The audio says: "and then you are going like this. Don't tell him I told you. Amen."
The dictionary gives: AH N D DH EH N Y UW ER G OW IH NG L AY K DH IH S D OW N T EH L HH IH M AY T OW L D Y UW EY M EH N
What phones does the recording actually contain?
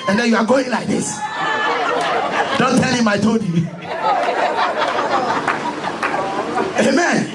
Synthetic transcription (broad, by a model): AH N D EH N Y UW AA G OW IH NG L AY K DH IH S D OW N T EH L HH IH M AY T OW D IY EY M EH N